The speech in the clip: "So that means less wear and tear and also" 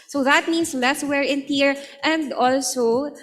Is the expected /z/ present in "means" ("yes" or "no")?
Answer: no